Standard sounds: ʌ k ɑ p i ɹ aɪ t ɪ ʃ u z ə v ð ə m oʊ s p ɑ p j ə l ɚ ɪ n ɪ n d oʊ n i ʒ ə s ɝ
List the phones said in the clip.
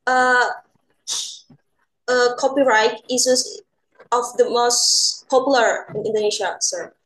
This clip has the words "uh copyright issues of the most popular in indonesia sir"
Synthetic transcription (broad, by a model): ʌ k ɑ p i ɹ aɪ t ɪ s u s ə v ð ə m oʊ s p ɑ p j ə l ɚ ɪ n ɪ n d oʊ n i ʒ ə s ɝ